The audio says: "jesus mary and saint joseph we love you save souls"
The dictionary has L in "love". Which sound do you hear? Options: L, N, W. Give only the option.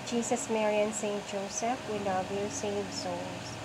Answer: N